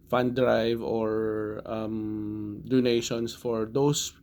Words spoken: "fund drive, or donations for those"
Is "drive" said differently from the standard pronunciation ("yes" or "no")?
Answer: no